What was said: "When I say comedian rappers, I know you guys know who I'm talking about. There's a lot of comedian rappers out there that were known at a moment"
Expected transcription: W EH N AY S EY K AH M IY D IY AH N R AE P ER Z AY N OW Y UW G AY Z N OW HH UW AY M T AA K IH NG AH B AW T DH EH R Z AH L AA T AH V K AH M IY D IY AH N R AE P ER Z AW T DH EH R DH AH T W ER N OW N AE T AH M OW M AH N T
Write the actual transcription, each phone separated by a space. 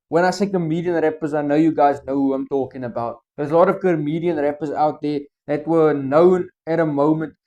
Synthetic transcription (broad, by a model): W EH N AY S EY K AH M IY D IY AH N R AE P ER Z AY N OW Y UW G AY Z N OW HH UW AY M T AA K IH NG AH B AW T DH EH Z AH L AA T AH V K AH M IY D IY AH N R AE P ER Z AW T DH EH DH AH T W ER N OW N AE T AH M OW M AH N T